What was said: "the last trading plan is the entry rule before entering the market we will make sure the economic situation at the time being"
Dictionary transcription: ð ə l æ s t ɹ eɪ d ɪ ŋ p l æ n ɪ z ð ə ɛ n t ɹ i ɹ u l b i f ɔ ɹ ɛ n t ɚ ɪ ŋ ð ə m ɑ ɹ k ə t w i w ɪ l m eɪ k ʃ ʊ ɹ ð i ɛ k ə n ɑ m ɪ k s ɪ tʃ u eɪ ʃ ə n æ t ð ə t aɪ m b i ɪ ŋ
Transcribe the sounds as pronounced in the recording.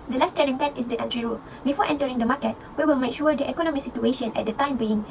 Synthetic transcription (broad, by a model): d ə l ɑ s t eɪ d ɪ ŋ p ɛ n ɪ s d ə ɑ n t ɹ i ɹ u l b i f ɔ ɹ ɛ n t ɚ ɪ ŋ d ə m ɑ k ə t w i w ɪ l m eɪ k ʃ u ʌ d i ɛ k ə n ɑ m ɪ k s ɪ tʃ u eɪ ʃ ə n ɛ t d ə t aɪ m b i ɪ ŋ